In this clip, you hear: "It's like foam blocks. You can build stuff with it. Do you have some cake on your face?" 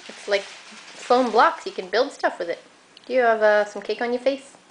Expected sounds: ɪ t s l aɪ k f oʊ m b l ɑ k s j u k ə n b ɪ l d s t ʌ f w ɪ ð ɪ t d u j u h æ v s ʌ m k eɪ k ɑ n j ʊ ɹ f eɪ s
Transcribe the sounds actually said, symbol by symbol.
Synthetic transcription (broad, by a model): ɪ t s l aɪ k f oʊ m b l ɑ k s j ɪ k ə n b ɪ l d s t ʌ f w ɪ ð ɪ t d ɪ j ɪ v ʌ s ʌ m k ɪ k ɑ n j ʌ ɹ f eɪ s